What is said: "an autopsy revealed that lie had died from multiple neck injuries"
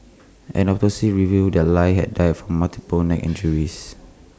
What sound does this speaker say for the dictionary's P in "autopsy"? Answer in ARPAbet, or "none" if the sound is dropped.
none